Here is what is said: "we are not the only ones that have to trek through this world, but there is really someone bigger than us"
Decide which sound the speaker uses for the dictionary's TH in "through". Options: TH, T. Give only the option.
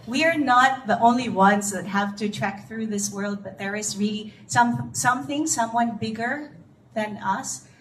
TH